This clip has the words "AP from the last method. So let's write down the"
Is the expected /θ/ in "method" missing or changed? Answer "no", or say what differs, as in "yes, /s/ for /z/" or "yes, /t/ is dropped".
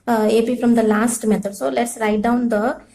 yes, /t/ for /θ/